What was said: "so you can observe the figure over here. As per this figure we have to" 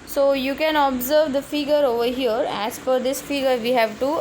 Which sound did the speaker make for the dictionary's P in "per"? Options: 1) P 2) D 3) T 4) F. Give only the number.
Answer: 4